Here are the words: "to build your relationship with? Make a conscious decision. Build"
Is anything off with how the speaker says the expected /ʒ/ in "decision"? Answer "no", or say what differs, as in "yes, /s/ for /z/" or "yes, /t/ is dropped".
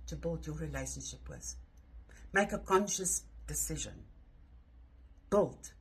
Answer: no